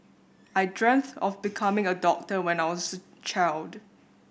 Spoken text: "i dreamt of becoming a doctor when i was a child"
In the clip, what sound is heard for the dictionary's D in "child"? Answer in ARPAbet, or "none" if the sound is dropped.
D